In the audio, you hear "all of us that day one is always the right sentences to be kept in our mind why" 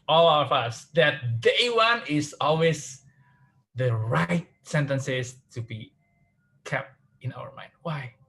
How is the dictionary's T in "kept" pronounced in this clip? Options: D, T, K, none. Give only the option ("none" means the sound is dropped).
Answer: T